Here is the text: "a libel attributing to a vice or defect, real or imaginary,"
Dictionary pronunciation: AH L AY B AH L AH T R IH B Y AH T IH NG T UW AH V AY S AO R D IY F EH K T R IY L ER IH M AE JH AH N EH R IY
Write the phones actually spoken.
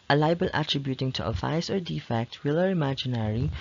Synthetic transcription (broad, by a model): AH L AY B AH L AH T R IH B Y AH T IH NG T UW AH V AY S AO R D IY F EH K T W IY L ER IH M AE JH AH N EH R IY